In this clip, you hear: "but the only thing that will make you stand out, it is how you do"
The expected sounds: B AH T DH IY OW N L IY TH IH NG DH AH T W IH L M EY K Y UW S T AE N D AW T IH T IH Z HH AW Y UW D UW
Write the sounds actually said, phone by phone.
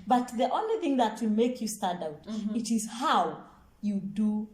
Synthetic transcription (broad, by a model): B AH T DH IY OW N L IY TH IH NG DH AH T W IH M EY K Y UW S T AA D AW T IH T IH Z HH AW Y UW D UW